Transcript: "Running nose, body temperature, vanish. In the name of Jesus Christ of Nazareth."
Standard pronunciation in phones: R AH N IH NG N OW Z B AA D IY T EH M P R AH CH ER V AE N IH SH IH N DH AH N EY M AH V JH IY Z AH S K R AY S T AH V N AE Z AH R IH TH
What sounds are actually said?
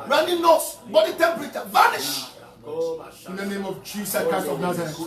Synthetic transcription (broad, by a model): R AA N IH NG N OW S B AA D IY T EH M P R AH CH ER V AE N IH SH IH N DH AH N EY M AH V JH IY S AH K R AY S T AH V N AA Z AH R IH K